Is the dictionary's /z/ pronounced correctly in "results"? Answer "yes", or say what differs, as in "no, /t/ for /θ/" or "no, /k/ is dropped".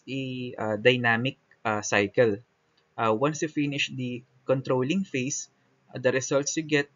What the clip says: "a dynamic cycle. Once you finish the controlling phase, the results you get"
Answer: no, /s/ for /z/